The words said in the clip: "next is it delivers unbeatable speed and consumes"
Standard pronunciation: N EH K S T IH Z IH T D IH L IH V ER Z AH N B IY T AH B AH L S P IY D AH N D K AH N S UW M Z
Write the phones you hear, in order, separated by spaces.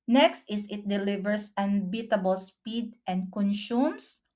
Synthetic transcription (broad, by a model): N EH K S T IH S IH T D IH L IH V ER S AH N B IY T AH B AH L S P IY D AH N D K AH N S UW M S